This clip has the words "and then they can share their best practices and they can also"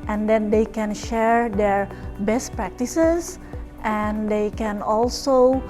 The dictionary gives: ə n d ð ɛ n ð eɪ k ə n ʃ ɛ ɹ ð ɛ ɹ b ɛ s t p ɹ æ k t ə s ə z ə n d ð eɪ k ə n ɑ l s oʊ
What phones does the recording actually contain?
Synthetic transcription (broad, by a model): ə n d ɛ n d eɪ k ə n ʃ ɛ ɹ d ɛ ɹ b ɛ s t p ɹ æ k t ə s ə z ə n d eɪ k ə n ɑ l s oʊ